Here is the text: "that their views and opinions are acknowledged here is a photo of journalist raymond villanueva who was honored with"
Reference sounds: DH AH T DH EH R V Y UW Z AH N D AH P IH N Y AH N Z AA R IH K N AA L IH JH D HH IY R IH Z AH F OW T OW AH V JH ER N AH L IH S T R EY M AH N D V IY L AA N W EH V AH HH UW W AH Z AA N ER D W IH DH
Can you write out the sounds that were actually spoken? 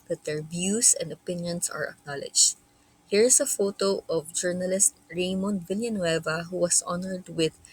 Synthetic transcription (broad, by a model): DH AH T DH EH R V Y UW S AH N D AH P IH N Y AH N S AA R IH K N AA L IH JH HH IY R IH S AH F OW T OW AH V JH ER N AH L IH S T R EY M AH N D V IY L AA N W EH V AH HH UW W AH S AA N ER D W IH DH